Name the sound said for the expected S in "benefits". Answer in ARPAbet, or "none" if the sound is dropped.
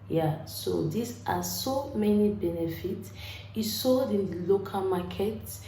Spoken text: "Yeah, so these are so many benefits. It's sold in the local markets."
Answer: S